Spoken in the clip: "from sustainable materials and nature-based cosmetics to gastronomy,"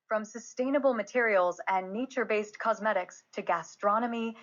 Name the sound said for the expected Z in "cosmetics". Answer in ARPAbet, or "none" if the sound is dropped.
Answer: Z